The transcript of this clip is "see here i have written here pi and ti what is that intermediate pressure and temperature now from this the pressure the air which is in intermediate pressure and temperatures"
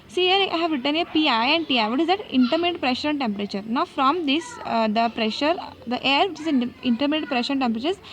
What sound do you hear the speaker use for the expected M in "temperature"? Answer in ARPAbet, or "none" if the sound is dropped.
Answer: M